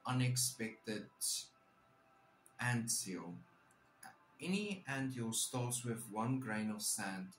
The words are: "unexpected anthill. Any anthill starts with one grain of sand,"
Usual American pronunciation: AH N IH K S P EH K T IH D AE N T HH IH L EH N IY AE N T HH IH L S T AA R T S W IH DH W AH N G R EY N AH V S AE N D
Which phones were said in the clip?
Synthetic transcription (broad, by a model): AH N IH K S P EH K T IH D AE N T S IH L EH N IY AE N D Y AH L S T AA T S W IH DH W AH N G R EY N AH V S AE N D